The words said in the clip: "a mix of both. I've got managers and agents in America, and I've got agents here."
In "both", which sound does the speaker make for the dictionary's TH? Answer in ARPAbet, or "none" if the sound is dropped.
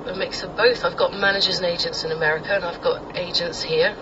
TH